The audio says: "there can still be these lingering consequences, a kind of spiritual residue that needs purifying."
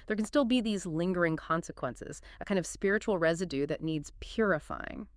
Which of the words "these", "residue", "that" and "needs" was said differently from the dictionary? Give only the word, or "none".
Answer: none